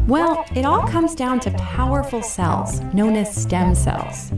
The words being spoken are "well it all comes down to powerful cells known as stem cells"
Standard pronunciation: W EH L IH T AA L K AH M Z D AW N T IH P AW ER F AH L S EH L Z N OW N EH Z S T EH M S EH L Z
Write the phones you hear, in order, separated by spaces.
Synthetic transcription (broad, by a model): W EH L IH T AA L K AH M Z D AW N T IH P AW ER F L S EH L Z N OW N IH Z S T EH M S EH L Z